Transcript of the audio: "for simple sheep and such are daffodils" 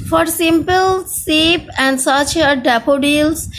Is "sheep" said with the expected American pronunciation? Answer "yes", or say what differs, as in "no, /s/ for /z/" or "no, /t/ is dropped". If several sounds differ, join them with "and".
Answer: no, /s/ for /ʃ/